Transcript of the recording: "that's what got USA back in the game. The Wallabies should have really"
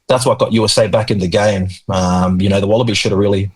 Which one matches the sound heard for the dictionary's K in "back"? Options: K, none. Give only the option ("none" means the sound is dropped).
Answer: K